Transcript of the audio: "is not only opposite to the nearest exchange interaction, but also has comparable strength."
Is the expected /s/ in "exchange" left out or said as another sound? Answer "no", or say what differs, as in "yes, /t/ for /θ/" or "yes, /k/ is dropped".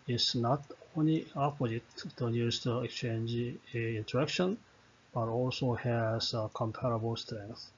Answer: no